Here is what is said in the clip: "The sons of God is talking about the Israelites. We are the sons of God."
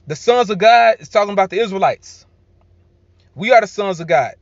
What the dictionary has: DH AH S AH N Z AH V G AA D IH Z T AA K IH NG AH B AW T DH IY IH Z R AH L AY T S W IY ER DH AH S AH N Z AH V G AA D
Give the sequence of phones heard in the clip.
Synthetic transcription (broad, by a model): DH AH S AH N Z AH V G AA D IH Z T AA K IH NG AH B AW T DH IY IH Z R AH L AY T S W IY ER DH AH S AH N Z AH V G AA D